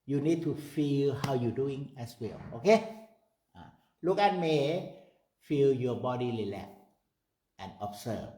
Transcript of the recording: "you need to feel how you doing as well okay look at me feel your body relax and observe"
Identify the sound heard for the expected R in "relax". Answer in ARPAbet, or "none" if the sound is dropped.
L